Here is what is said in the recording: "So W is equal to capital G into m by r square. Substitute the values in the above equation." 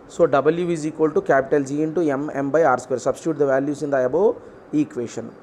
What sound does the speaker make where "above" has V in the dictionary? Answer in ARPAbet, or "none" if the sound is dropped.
none